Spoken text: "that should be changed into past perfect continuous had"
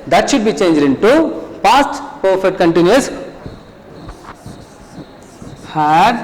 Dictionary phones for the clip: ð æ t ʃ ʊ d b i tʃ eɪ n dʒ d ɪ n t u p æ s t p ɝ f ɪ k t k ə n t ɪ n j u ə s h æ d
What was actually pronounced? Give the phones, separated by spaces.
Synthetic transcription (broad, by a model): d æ t ʃ ʊ d b i tʃ eɪ n dʒ d ɪ n t u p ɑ s t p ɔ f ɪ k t k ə n t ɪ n j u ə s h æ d